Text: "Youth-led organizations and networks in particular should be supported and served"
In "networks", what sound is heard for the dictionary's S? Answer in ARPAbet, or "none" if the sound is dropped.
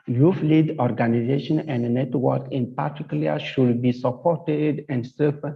none